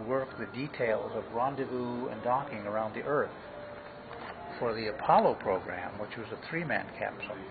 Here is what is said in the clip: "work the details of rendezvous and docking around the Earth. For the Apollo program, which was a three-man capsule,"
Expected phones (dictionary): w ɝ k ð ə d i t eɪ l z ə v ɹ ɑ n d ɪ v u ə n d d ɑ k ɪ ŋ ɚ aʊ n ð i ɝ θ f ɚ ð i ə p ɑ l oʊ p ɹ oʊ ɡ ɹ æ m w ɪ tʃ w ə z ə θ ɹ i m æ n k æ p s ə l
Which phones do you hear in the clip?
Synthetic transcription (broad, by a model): w ɝ k ð ə d i t eɪ l z ə v ɹ ɑ n d ɪ v u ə n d d ɑ k ɪ ŋ ɚ aʊ n ð i ɝ θ f ɚ ð i ə p ɑ l oʊ p ɹ oʊ ɡ ɹ æ m w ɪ tʃ w ə z ə θ ɹ i m æ n k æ p s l